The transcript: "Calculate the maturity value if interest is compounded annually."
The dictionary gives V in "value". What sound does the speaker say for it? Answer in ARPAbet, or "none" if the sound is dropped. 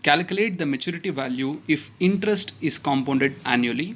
V